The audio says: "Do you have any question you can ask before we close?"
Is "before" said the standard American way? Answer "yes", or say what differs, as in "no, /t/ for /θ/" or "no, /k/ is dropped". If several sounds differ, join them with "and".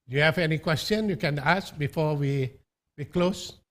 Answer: no, /w/ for /ɹ/